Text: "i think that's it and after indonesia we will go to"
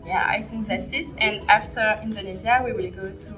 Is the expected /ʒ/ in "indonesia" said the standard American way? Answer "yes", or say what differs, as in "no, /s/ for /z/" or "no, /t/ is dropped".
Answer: no, /z/ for /ʒ/